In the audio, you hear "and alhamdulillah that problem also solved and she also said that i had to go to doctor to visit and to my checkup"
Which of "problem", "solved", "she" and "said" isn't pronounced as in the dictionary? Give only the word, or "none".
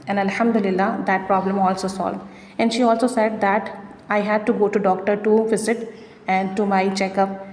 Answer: none